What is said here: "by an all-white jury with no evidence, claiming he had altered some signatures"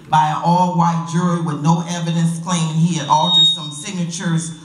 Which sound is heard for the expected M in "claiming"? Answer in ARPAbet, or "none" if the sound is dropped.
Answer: none